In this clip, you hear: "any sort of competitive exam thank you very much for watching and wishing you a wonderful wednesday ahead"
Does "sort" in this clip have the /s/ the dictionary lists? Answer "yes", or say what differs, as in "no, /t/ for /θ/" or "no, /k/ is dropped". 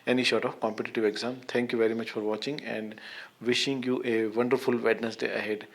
no, /ʃ/ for /s/